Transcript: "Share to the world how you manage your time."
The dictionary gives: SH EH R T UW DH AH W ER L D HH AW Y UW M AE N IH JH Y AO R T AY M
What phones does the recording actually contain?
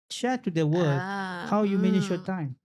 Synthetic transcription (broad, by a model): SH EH T UW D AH W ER D HH AW Y UW M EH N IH SH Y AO T AY M